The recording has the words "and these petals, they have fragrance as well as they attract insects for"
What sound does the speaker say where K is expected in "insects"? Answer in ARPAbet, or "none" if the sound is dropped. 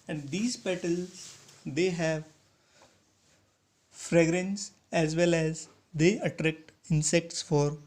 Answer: K